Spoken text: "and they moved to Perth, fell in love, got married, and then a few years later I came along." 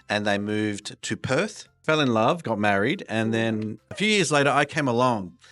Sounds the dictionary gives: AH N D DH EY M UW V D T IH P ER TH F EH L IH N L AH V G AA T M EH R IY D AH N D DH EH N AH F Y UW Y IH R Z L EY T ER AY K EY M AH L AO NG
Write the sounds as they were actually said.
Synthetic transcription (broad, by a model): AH N DH EY M UW V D T IH P ER TH F EH L IH N L AH V G AA T M EH R IY D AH N DH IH N AH F Y UW Y IH R Z L EY T ER AY K EY M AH L AO NG